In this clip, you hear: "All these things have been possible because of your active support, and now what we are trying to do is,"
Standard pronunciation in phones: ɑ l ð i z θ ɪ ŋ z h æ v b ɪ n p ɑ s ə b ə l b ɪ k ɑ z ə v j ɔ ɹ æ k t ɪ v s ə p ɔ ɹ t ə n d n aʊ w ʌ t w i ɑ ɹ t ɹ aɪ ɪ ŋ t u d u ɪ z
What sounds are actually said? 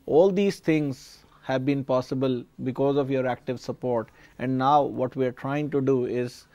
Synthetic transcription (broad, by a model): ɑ l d i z t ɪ ŋ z h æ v b ɪ n p ɑ s ə b ə l b ɪ k ɑ z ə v j ɔ ɹ æ k t ɪ v s ə p ɔ ɹ t ə n d n aʊ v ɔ t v i ɑ ɹ t ɹ aɪ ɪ ŋ t u d u ɪ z